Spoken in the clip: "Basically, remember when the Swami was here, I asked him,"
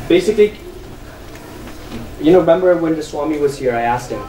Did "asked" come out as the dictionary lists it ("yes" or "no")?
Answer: yes